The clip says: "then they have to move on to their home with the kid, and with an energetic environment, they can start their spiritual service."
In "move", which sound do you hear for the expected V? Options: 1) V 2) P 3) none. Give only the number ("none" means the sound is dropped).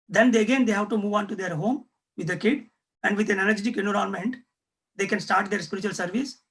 1